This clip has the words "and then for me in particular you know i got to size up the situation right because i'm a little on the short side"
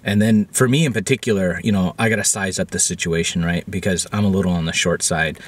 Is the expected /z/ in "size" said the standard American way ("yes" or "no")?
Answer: yes